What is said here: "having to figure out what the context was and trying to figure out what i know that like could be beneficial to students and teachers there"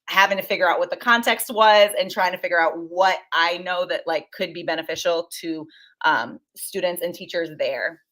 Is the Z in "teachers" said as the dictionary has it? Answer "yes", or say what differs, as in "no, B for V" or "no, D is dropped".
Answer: yes